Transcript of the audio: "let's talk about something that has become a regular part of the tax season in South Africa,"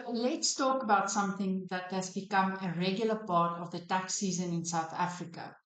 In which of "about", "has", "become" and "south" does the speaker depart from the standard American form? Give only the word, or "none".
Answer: none